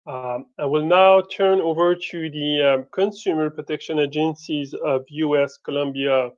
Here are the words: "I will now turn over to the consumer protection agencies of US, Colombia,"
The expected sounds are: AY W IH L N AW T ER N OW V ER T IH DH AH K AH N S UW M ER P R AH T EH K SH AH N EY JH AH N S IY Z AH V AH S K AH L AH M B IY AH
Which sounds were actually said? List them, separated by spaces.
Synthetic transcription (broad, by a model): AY W IH L N AW T ER N OW V ER T IH DH AH K AH N S UW M ER P R AH T EH K SH AH N EY JH AH N S IY Z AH V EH S K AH L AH M B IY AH